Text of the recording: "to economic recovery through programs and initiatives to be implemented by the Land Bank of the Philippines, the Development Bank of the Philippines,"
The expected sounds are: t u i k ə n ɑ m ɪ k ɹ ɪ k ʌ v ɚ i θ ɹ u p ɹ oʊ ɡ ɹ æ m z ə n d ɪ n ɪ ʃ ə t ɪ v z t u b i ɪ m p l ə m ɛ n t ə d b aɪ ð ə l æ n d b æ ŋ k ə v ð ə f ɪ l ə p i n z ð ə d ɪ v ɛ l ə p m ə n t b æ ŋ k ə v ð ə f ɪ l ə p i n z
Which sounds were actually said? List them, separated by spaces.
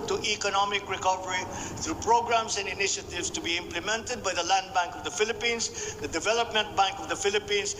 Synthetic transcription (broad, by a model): t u i k ə n ɑ m ɪ k ɹ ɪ k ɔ p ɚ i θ ɹ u p ɹ oʊ ɡ ɹ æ m s ə n d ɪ n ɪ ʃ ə t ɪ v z t u b i ɪ m p l ə m ɛ n t ə d b aɪ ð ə l æ n d b æ ŋ k ə v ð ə f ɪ l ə p i n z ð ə d ɪ v ɛ l ə p m ə n t b æ ŋ k ə v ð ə f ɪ l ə p i n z